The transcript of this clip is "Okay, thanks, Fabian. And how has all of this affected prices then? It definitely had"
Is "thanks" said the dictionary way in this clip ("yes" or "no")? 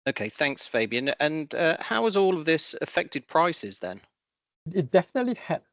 yes